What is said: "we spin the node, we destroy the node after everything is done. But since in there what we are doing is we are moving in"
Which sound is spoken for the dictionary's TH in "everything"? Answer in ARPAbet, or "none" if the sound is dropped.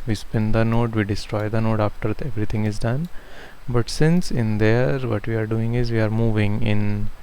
T